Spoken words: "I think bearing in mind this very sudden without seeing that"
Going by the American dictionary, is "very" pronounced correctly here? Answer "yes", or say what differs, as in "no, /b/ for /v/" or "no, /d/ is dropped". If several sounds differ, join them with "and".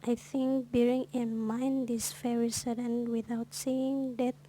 no, /f/ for /v/